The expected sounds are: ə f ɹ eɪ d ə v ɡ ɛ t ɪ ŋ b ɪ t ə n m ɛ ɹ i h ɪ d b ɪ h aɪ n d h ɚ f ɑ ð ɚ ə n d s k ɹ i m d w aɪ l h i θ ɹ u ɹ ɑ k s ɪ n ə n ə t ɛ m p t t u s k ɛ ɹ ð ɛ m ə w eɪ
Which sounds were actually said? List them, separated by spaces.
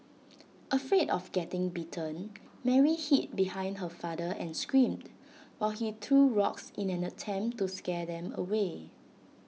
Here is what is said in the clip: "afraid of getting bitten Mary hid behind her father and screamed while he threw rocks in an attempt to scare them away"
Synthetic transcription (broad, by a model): ə f ɹ eɪ d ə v ɡ ɛ t ɪ ŋ b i t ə n m ɛ ɹ i h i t b ɪ h aɪ n d h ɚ f ɑ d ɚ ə n s k ɹ i m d w aɪ l h i t ɹ u ɹ ɑ k s ɪ n ə n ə t ɛ m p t t u s k ɛ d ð ɛ m ə w eɪ